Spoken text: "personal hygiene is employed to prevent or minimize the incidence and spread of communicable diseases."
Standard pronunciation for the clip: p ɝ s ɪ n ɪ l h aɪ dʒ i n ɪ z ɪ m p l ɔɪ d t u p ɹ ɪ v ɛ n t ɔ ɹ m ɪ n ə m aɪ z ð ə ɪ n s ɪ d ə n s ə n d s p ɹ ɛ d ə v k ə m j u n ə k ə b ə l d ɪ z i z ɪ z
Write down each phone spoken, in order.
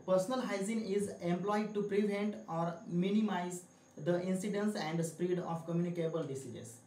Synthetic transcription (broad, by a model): p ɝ s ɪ n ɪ l h aɪ z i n ɪ z ɪ m p l ɔɪ d t u p ɹ ɪ v ɛ n t ɔ ɹ m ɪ n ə m aɪ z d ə ɪ n s ɪ d ə n s ə n d s p ɹ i d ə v k ə m j u n ə k ə b ə l d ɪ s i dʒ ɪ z